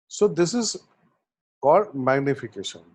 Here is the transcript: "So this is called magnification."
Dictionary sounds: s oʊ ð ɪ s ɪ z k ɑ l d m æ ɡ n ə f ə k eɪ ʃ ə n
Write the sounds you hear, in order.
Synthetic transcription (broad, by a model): s oʊ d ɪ s ɪ z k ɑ d m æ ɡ n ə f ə k eɪ ʃ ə n